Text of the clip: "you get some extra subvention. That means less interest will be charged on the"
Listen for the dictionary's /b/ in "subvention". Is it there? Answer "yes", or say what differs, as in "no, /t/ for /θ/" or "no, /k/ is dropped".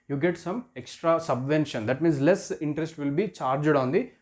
yes